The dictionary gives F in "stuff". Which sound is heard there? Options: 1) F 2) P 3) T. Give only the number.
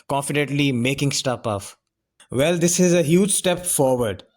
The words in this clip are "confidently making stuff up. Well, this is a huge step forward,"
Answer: 2